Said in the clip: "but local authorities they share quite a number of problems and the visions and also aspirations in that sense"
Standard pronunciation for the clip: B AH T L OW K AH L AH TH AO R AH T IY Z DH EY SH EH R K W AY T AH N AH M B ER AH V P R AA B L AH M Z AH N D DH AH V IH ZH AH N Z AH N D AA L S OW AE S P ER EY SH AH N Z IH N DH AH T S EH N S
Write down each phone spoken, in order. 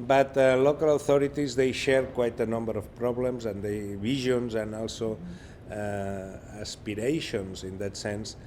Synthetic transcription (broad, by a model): B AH T L OW K AH L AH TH AO R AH T IY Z DH EY SH EH R K W AY T AH N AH M B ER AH F P R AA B L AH M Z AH N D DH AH B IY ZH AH N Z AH N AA L S OW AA S P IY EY SH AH N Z IH N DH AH T S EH N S